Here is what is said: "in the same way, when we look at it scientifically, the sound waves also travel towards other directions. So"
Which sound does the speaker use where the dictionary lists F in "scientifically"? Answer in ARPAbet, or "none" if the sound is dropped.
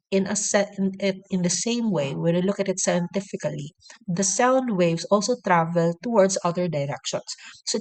F